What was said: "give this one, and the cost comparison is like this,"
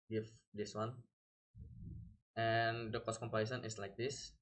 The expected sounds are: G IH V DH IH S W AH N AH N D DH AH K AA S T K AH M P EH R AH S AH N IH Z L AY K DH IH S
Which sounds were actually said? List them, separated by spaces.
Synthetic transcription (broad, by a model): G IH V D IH S W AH N AH N D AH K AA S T K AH M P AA AH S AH N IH S L AY K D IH S